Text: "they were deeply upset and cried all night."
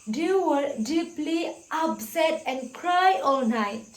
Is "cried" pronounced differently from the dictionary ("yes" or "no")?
yes